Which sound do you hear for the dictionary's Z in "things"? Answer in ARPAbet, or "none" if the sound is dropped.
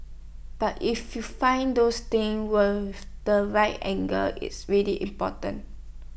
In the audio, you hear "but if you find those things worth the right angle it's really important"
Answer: none